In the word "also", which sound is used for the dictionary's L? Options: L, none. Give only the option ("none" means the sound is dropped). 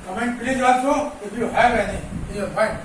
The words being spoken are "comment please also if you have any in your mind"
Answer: none